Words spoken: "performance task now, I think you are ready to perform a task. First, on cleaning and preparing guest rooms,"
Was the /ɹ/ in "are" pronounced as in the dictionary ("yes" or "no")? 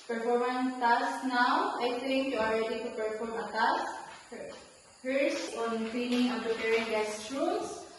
no